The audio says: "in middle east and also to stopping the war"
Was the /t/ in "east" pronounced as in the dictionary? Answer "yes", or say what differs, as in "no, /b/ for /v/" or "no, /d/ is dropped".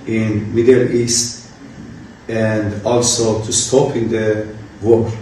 yes